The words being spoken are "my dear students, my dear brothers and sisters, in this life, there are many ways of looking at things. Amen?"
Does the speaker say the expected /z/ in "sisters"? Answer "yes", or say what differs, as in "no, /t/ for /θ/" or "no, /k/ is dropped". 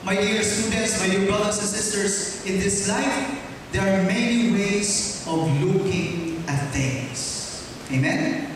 no, /s/ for /z/